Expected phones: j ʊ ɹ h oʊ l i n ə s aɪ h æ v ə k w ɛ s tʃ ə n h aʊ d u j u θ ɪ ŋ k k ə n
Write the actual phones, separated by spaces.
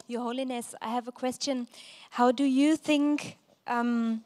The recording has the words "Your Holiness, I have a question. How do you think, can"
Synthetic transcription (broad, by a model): j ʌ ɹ h oʊ l i n ə s aɪ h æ v ə k w ɛ s tʃ ə n h aʊ d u j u θ ɪ ŋ k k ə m